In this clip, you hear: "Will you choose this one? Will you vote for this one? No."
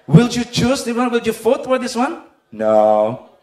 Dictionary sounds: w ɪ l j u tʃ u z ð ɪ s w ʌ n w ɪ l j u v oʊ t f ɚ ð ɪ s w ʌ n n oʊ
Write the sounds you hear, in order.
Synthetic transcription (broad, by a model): w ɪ l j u tʃ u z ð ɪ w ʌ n w ɪ l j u f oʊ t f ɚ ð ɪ s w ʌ n n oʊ